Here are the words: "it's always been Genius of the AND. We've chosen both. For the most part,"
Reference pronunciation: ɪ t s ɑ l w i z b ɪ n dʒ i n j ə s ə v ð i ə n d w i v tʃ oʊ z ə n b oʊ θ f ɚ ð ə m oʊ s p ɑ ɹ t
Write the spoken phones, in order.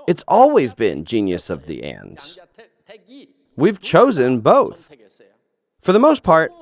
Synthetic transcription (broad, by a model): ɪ t s ɑ l w i z b ɪ n dʒ i n j ə s ə v ð i ə n d w i v tʃ oʊ z ə n b oʊ θ f ɚ ð ə m oʊ s p ɑ ɹ t